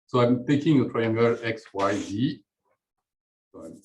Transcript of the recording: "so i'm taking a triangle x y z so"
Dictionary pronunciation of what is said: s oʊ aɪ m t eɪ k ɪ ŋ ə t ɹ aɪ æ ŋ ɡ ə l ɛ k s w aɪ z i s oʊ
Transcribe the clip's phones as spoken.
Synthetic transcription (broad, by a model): s oʊ aɪ m t eɪ k ɪ ŋ ə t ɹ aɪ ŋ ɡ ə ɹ ɛ k s w aɪ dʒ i